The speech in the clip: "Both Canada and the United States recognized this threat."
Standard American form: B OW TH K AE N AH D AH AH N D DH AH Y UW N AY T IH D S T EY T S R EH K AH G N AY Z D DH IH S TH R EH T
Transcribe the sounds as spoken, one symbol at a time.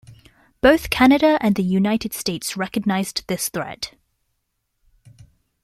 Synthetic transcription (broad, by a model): B OW TH K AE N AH D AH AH N DH AH Y UW N AY T IH D S T EY T S R EH K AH G N AY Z DH IH S TH R EH T